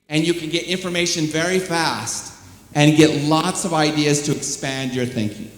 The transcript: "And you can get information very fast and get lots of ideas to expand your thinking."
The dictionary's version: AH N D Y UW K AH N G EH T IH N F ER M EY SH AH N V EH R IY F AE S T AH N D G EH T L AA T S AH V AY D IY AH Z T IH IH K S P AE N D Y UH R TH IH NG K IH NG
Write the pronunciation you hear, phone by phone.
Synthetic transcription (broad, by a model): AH N Y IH K AH N G EH T IH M F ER M EY SH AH N V EH R IY F AE S T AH N G EH T L AA T S AH V AY D IY AH Z T IH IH K S P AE N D Y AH R TH IH NG K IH NG